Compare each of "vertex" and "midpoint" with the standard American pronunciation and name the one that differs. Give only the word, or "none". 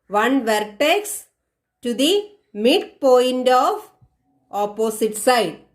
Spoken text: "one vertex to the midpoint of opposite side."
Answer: none